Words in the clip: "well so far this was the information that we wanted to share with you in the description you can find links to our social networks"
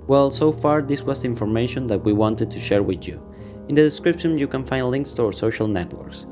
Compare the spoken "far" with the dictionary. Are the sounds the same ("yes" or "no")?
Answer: yes